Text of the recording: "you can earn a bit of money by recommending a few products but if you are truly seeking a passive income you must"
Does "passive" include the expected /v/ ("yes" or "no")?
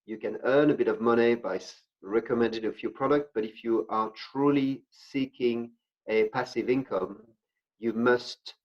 yes